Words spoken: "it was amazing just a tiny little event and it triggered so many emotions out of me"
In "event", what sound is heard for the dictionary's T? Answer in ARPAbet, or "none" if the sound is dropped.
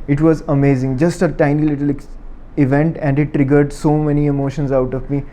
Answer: T